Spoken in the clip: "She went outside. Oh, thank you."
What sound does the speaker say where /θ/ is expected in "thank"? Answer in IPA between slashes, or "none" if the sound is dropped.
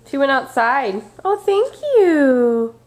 /θ/